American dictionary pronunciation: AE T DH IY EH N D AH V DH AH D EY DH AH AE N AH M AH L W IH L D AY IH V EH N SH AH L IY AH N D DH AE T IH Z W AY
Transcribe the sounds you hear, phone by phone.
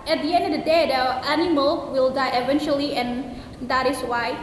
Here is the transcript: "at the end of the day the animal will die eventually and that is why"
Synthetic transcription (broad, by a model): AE T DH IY EH N D AH V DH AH D EY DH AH AE N AH M AH L W IH L D AY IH V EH N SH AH L IY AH N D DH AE T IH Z W AY